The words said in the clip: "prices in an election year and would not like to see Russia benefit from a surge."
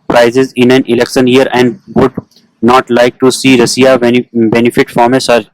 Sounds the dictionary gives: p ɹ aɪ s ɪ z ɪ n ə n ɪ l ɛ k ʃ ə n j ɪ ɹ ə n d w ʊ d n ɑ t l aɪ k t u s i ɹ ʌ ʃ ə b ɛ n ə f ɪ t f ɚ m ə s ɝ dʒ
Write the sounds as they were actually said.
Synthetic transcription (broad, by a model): p ɹ aɪ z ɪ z ɪ n ə n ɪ l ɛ k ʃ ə n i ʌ ɹ ə n d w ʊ d n ɑ t l aɪ k t u s i ɹ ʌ s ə b ɛ n ə f ɪ t f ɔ m ə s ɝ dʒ